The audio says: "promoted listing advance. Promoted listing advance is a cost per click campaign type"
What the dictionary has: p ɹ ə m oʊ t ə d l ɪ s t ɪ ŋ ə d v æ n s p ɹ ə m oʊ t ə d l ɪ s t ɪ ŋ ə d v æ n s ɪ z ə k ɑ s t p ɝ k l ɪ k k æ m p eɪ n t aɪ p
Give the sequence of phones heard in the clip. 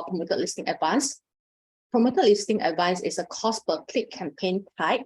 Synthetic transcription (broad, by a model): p ɹ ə m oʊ t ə l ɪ s t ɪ ŋ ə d v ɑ n s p ɹ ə m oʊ t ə l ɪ s t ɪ ŋ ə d v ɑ n s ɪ s ə k ɑ s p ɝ k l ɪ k k æ m p eɪ n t aɪ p